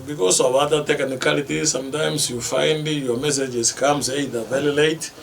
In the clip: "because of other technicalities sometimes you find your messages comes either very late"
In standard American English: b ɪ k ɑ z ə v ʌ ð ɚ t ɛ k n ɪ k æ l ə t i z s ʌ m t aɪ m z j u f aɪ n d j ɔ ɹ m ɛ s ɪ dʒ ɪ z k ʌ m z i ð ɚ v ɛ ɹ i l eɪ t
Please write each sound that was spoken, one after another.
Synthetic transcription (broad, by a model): b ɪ k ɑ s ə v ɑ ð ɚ t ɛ k n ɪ k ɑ l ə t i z s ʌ m t aɪ m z j u f aɪ n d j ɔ m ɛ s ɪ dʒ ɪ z k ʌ m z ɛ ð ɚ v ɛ l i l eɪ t